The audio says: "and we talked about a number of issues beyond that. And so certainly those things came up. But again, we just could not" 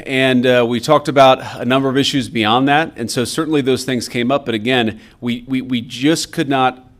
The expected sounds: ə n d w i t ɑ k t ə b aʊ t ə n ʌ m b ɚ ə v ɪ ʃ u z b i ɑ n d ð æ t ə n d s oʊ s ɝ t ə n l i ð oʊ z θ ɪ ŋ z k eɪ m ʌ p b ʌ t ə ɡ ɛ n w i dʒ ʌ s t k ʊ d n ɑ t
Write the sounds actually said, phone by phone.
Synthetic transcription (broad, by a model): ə n w i t ɑ k t ə b aʊ t ə n ʌ m b ɚ ə v ɪ ʃ u z b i ɑ n ð æ t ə n s oʊ s ɝ t n l i ð oʊ z θ ɪ ŋ z k eɪ m ʌ p b ʌ t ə ɡ ɛ n w i dʒ ʌ s k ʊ d n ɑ t